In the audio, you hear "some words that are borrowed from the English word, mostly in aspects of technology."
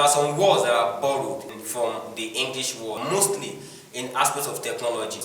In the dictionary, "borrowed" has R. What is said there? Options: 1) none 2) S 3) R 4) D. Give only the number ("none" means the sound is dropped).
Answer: 3